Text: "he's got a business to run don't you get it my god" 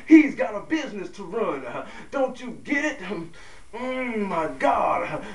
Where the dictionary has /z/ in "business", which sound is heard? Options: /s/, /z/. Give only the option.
/z/